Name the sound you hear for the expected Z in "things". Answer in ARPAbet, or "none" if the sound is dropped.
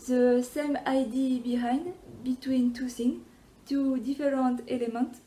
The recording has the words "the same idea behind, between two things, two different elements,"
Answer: none